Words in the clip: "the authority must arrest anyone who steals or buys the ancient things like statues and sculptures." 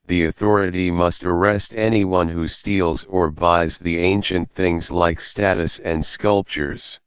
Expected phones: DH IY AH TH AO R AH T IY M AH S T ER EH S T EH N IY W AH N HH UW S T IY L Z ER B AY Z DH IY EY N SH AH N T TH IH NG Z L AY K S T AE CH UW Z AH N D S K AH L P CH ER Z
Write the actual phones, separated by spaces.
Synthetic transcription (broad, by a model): DH IY AH TH AO R AH T IY M AH S T ER EH S T EH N IY W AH N HH UW S T IY L Z ER B AY Z DH IY EY N SH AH N TH IH NG Z L AY K S T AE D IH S AH N D S K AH L P CH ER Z